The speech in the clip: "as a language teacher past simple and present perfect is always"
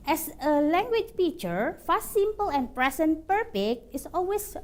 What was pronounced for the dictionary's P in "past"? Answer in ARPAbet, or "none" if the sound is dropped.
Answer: F